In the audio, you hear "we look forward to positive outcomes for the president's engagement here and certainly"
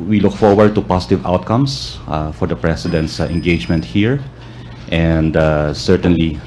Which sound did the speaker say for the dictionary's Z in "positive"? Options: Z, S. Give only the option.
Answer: S